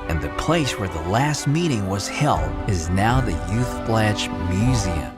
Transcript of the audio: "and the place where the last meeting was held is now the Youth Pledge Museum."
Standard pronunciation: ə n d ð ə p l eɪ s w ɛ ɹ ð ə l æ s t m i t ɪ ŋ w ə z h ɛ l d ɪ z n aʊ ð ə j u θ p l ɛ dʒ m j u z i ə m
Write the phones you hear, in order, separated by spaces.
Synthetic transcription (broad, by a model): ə n ð ə p l eɪ s w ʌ ɹ ð ə l æ s t m i t ɪ ŋ w ə z h ɛ l d ɪ z n aʊ ð ə j u θ b l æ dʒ m j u z i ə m